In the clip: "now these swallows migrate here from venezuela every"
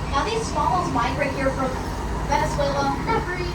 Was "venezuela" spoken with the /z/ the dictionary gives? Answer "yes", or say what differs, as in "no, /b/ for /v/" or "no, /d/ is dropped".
no, /s/ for /z/